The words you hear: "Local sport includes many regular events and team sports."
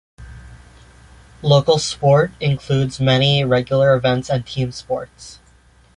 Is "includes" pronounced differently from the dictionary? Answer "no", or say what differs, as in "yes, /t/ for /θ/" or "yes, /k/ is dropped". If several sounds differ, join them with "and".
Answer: no